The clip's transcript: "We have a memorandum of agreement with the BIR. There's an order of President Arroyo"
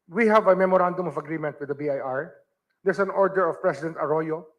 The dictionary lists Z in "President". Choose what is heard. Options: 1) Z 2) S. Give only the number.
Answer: 2